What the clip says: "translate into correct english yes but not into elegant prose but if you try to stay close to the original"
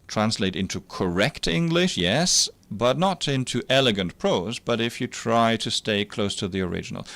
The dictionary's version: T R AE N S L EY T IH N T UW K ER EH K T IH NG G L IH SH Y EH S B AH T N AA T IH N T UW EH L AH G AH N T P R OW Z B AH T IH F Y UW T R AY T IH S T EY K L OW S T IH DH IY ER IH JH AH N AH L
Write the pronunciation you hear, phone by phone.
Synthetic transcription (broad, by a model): T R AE N S L EY T IH N T UW K ER EH K T IH NG G L IH SH Y EH S B AH T N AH T IH N T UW EH L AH G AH N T P R OW Z B AH T IH F Y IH T R AY T IH S T EY K L OW S T IH DH IY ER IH JH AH N L